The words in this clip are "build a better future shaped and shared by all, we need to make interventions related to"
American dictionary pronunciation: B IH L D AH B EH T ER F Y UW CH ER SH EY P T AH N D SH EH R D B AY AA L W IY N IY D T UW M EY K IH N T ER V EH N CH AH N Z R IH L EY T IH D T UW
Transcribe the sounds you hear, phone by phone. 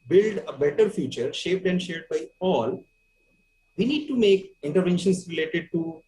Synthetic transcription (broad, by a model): B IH L D AH B EH T ER F Y UW CH ER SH EY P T AH N D SH EH R D B AY AA L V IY N IY D T UW M EY K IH N T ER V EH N SH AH N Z R IH L EY T IH D T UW